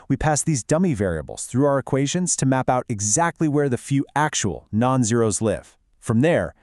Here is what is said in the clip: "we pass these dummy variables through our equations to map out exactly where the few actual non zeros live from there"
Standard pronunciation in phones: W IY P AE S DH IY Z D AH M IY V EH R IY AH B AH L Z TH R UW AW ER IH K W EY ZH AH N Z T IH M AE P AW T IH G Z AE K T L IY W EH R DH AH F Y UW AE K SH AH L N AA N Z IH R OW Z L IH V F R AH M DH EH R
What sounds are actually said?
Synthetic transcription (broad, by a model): W IY P AE S DH IY Z D AH M IY V EH R IY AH B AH L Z TH R UW AW ER IH K W EY ZH AH N Z T IH M AE P AW T IH G Z AE K T L IY W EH R DH AH F Y UW AE K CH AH L N AA N Z IH R OW Z L IH V F R AH M DH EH R